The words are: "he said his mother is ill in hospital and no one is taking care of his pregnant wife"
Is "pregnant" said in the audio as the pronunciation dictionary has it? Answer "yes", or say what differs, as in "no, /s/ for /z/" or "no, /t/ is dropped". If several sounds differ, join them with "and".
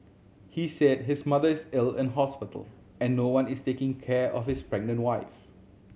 yes